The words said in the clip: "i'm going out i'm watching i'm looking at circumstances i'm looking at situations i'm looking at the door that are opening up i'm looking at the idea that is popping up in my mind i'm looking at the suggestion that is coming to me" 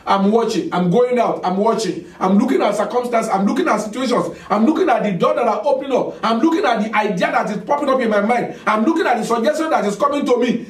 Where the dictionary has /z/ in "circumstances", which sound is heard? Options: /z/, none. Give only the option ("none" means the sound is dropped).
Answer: none